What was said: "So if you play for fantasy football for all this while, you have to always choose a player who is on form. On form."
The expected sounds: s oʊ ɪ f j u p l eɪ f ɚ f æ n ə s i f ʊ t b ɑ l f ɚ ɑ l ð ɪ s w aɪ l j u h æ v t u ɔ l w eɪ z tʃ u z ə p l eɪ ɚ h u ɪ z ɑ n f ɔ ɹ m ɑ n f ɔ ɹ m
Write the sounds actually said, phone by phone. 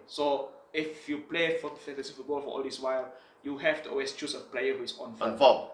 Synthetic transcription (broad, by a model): s oʊ ɪ f j u p l eɪ f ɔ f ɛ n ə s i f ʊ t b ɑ l f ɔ ɑ l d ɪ s w aɪ l j u h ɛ f t u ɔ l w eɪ s tʃ u s ə p l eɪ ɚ h u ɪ s ɑ n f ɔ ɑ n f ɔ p